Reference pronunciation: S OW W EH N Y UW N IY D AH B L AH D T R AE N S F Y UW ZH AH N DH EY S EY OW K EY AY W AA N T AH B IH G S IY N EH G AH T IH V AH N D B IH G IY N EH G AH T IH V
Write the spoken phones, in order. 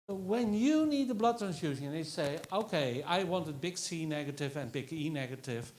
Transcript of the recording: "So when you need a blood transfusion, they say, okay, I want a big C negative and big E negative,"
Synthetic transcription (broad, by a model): W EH N Y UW N IY D AH B L AH D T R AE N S Y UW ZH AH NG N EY S EY OW K EY AY W AA N T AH B IH G S IY N EH G AH T IH V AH N B IH G IY N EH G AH T IH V